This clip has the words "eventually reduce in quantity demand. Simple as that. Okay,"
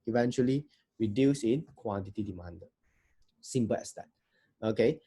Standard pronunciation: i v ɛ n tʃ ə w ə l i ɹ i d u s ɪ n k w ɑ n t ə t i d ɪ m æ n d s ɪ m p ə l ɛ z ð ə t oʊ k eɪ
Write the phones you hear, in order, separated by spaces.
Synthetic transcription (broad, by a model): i v ɛ n tʃ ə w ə l i ɹ i d u s ɪ n k w ɑ n t ə t i d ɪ m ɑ n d s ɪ m p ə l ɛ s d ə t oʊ k eɪ